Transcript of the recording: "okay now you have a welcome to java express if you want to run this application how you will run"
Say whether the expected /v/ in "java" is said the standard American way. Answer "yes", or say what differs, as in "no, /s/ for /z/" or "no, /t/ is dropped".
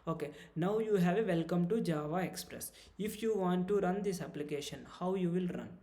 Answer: yes